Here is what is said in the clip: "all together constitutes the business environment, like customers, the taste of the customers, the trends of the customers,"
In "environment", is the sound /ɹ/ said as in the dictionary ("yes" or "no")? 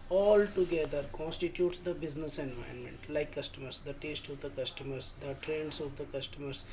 no